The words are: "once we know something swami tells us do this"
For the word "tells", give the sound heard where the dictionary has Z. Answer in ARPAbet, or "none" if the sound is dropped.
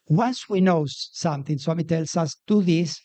S